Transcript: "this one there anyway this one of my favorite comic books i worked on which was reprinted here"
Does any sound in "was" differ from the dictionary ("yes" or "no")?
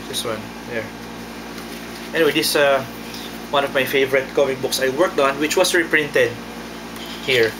yes